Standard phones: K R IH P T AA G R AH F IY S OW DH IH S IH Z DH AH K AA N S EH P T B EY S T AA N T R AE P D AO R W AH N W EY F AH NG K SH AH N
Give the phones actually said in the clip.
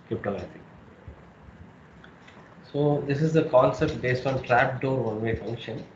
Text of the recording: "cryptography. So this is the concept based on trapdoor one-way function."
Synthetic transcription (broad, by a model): K R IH P T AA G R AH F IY S OW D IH S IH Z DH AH K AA L S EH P T B EY S T AA N T R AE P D AO R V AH N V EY F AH NG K SH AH N